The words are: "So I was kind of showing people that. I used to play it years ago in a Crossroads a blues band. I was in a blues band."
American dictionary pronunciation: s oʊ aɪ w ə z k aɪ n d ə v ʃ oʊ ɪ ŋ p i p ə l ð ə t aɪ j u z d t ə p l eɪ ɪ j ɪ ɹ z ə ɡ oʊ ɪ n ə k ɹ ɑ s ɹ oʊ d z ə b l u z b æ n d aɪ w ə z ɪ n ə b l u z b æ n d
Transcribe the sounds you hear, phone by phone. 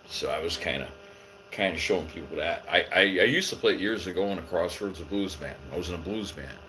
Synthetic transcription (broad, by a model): s oʊ aɪ w ə z k aɪ n d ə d ʃ oʊ ɪ ŋ p i p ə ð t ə t aɪ j u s t ə p l eɪ ɪ j ɪ ɹ z ə ɡ oʊ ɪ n ə k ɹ ɑ s oʊ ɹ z ə b l u z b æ n aɪ w ə z ɪ n ə b l u z b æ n